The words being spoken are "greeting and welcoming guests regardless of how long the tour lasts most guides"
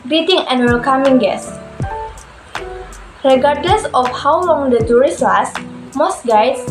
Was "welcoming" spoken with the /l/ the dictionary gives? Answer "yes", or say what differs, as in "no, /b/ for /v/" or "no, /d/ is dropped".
yes